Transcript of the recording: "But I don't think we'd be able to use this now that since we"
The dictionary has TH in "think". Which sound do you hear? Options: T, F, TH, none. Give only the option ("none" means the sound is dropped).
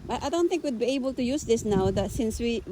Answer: T